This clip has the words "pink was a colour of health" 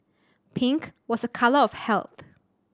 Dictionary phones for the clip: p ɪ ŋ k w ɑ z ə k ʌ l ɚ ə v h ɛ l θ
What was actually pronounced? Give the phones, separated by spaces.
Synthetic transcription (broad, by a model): p ɪ ŋ k w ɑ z ə k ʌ l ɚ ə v h ɛ l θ